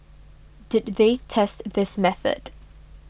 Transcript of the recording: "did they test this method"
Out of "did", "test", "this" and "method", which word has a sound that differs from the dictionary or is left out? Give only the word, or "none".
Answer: none